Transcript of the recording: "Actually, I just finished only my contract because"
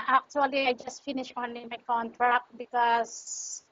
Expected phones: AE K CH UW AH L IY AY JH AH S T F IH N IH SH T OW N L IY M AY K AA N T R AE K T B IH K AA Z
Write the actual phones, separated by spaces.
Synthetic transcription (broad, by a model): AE K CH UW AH L IY AY JH AH S T F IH N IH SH OW N L IY M AY K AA N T R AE K T B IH K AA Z